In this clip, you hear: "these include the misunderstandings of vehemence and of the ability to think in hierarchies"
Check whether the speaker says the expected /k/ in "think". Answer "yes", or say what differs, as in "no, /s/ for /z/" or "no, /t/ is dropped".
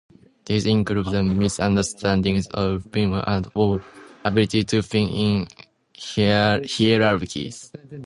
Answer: no, /k/ is dropped